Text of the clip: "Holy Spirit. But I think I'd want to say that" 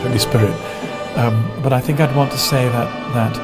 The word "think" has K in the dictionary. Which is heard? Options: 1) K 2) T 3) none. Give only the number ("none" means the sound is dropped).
1